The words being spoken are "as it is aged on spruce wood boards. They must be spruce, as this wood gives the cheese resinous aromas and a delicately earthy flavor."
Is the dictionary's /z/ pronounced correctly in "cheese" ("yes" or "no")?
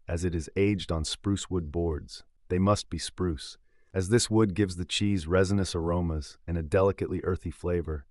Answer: yes